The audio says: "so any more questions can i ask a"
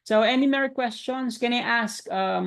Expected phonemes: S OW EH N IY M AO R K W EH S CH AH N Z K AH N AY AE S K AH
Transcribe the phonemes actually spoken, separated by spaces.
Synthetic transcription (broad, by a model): S OW EH N IY M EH R K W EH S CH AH N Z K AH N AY AE S K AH